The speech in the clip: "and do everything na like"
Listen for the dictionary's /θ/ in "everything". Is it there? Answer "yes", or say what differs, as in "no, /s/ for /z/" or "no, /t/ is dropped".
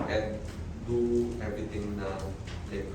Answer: no, /t/ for /θ/